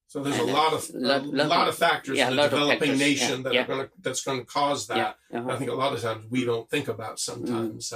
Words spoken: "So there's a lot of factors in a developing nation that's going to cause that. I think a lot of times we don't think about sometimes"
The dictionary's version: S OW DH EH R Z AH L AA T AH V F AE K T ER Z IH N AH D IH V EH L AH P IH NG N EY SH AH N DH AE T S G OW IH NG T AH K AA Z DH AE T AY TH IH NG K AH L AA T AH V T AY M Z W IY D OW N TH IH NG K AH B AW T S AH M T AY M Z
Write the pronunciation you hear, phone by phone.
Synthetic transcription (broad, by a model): S OW DH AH R Z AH L AA T AH V F AE K T ER Z AH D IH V EH L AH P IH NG N EY SH AH N DH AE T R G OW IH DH T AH K AA Z DH AE T AY TH IH NG K AH L AA T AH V T AY M Z W IY D OW N TH IH NG K AH B AW T S AH M T AY M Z